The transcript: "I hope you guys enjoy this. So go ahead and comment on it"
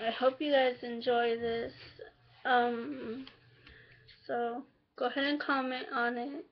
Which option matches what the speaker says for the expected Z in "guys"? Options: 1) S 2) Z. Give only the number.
2